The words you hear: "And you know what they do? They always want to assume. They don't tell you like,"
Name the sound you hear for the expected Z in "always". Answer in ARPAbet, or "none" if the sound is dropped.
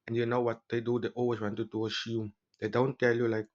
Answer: S